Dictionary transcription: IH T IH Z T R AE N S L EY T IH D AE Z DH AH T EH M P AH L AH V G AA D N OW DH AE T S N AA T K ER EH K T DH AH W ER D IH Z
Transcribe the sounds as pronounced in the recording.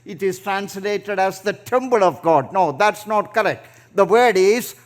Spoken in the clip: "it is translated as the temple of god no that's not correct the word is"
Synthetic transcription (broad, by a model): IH T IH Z T R AE N S L EY T IH D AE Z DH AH T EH M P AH L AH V G AA D N OW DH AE T S N AA T K ER EH K T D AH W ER D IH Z